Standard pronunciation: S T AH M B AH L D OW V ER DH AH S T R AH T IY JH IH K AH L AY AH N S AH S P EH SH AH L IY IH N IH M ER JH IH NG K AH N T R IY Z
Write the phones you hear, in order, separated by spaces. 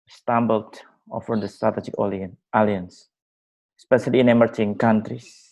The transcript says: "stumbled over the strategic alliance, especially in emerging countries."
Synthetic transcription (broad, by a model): S T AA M B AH L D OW F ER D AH S T R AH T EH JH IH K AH L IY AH N S S P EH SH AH L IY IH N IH M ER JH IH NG K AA N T R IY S